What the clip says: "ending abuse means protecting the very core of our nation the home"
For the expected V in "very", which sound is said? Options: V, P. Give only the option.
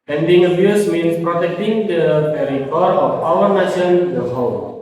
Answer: P